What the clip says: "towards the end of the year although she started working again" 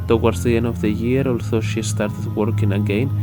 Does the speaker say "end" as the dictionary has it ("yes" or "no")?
no